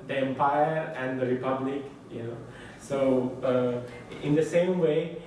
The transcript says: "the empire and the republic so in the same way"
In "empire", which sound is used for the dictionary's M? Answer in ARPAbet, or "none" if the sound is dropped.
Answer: M